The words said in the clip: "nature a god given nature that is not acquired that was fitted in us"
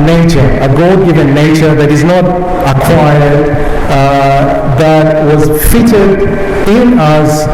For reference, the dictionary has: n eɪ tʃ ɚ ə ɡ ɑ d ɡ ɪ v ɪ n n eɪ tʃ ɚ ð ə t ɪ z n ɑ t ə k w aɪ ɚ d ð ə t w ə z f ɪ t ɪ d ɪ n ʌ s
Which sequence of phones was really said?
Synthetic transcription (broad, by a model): n eɪ tʃ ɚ ə ɡ ɑ d ɡ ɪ v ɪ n n eɪ tʃ ɚ ð ə t ɪ z n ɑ t ə k w aɪ ɚ d ð ə t w ə z f ɪ t ɪ d ɪ n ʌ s